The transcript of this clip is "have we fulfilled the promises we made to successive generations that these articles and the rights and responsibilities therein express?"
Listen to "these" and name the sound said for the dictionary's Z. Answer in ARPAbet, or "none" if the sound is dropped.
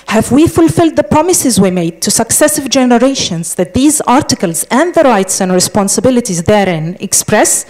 Z